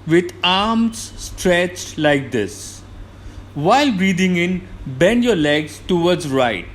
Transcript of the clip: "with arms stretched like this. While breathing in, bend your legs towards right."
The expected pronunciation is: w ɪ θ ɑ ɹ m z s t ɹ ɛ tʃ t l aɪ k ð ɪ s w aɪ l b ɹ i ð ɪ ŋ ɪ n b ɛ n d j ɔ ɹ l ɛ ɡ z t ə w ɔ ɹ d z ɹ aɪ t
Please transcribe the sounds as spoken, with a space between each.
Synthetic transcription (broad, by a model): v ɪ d ɑ ɹ m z s t ɹ ɛ tʃ t l aɪ k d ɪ s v aɪ l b ɹ i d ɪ ŋ ɪ n b ɛ n d j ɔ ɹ l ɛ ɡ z t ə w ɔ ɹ d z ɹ aɪ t